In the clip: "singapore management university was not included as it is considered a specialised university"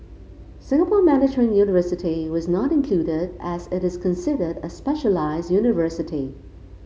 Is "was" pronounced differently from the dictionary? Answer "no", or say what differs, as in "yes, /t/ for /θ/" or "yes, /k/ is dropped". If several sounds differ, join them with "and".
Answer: no